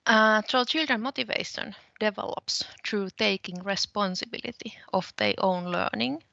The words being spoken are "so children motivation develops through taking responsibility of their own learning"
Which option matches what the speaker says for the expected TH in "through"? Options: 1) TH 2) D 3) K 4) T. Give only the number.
4